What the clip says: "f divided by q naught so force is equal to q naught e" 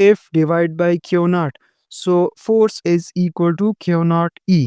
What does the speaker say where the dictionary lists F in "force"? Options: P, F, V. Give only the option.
F